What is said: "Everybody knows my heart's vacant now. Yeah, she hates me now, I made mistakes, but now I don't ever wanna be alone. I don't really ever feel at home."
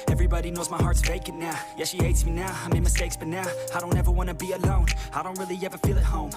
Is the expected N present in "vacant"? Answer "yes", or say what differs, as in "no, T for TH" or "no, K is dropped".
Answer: no, N is dropped